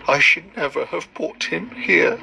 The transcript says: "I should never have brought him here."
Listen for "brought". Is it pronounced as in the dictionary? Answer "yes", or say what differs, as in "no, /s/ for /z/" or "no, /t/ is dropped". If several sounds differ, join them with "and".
no, /ɹ/ is dropped